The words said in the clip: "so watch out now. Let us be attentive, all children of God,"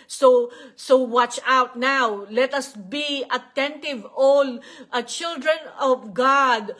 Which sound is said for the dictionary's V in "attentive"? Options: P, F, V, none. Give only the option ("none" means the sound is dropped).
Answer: V